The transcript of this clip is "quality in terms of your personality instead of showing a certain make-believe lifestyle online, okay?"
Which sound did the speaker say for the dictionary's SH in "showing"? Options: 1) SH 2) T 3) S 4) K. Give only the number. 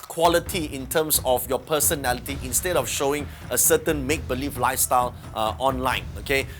1